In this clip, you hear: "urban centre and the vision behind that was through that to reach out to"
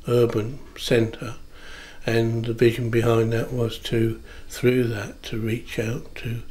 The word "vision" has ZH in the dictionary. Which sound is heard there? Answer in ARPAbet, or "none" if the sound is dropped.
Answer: ZH